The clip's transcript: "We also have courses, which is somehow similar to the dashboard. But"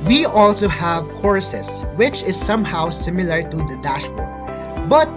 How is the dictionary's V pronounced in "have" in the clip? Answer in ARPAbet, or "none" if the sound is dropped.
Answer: V